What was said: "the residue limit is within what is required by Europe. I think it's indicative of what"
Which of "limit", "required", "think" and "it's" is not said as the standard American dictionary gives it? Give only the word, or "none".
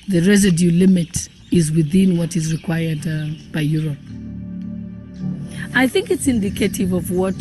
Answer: none